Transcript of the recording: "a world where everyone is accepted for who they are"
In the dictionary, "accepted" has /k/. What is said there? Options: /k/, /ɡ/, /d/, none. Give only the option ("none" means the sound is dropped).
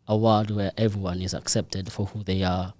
/k/